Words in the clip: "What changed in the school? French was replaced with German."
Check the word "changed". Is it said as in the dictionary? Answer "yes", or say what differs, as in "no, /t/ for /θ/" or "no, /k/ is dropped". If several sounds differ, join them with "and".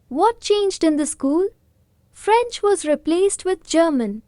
yes